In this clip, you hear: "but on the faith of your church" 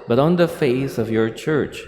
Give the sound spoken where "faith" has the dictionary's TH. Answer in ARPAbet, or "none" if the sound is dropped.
S